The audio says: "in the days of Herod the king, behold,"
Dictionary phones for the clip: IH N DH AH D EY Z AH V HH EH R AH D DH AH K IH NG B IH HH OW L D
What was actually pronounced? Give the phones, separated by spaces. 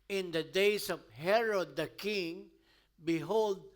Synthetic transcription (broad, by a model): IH N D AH D EY S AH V HH EH R AH D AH K IH NG B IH HH OW L D